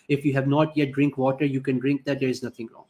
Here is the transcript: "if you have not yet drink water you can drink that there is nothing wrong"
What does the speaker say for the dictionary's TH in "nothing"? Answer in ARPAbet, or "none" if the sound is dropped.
T